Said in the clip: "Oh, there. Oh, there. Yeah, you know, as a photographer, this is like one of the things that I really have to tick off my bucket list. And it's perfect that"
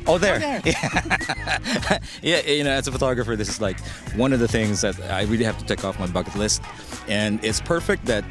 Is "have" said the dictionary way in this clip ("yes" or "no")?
no